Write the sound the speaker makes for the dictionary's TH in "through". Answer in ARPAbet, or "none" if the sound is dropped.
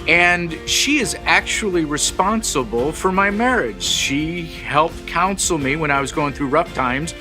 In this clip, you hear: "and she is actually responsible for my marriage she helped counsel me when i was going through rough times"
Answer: TH